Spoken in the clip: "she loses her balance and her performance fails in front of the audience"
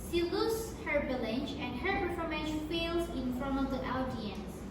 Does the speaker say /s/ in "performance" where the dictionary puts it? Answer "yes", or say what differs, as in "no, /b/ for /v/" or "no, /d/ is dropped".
no, /s/ is dropped